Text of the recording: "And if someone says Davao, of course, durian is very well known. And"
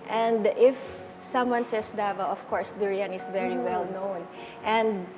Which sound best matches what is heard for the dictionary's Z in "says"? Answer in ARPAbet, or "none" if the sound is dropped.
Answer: S